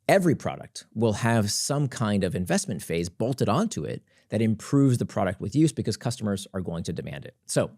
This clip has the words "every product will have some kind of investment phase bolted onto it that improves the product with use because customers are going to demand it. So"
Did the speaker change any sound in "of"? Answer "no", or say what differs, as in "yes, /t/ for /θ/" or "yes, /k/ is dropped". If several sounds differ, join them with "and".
no